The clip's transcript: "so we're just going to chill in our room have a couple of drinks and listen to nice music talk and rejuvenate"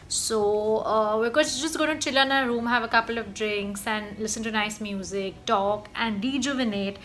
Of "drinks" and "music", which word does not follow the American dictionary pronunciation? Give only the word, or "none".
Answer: none